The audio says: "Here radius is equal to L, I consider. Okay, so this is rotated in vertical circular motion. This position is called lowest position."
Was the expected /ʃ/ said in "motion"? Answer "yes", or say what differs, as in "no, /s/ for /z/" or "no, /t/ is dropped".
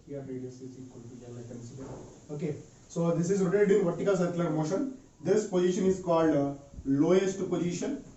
yes